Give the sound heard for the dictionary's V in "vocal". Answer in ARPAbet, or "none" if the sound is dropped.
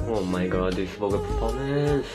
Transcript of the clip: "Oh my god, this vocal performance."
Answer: P